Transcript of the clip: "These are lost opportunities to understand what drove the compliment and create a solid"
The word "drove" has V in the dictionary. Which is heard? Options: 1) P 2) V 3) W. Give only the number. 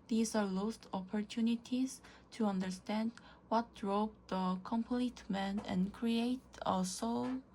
1